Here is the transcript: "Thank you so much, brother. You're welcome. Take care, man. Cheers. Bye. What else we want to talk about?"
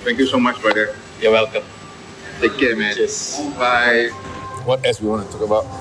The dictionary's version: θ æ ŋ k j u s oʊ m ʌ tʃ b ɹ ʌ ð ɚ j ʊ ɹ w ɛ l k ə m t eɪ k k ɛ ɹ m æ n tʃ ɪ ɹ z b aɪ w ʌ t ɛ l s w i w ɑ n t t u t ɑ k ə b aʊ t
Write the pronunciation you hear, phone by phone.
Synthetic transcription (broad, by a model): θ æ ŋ k j u s oʊ m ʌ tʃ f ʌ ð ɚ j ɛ w ɛ l k ə m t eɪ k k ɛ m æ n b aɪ w ʌ t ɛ s w i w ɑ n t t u t ɑ k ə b aʊ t